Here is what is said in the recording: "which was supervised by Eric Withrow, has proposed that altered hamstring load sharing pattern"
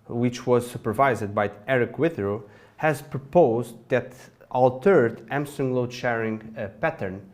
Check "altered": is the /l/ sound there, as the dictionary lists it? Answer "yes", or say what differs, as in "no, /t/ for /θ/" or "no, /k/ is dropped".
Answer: yes